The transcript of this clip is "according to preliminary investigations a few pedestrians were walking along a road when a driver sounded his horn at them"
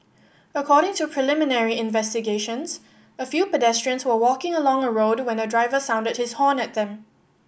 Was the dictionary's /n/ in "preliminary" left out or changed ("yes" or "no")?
no